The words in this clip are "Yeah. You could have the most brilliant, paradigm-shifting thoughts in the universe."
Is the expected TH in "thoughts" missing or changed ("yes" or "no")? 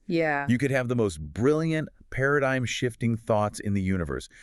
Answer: no